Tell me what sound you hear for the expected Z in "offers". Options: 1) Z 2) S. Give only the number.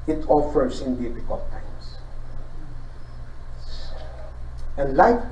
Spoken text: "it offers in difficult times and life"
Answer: 2